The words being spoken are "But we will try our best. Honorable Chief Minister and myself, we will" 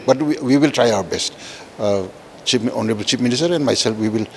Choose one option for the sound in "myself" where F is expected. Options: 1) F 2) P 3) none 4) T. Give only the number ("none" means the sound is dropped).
2